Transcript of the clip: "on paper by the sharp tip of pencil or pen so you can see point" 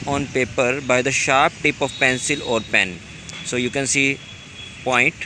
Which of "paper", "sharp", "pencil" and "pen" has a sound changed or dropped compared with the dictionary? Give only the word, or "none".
none